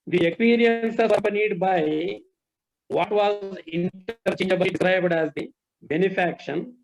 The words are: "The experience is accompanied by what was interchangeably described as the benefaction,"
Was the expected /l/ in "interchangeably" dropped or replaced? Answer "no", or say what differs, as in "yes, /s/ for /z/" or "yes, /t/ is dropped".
yes, /l/ is dropped